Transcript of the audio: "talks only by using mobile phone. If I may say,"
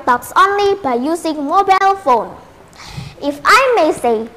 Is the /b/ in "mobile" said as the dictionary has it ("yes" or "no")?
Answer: yes